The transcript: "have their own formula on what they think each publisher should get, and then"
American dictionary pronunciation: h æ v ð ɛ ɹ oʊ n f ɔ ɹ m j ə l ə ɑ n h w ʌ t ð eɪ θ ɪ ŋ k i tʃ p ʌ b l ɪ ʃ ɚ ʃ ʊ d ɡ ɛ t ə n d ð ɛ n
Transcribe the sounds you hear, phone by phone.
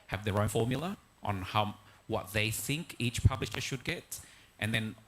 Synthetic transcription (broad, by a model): h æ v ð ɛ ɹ oʊ n f ɔ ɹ m j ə l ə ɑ n h w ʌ t ð eɪ θ ɪ ŋ k i tʃ p ʌ b l ɪ ʃ ɚ ʃ ʊ d ɡ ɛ t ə n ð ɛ n